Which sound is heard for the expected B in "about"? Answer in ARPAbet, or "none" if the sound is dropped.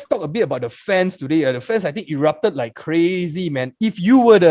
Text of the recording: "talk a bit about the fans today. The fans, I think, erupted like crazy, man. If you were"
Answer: B